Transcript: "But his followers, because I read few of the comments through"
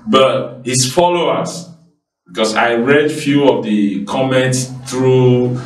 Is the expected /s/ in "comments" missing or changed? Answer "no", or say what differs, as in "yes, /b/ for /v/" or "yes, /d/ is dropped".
no